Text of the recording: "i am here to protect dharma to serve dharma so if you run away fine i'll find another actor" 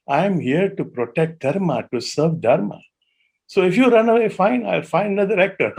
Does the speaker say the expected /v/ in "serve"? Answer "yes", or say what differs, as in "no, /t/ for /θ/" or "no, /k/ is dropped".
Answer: yes